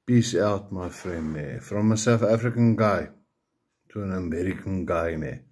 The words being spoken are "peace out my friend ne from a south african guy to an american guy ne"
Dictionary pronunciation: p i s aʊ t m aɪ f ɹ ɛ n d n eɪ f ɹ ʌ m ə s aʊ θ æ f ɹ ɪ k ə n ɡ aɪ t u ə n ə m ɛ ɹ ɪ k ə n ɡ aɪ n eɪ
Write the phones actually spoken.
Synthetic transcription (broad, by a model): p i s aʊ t m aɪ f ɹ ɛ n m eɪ f ɹ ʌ m ə s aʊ f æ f ɹ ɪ k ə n ɡ aɪ t u ə n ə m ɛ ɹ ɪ k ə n ɡ aɪ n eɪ